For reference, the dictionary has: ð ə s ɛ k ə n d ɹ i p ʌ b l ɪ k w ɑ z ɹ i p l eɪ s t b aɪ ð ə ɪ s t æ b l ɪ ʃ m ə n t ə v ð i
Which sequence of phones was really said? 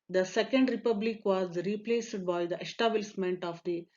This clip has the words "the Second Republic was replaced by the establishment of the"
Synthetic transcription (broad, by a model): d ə s ɛ k ə n d ɹ i p ʌ b l ɪ k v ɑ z ɹ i p l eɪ s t b aɪ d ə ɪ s t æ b l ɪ s m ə n t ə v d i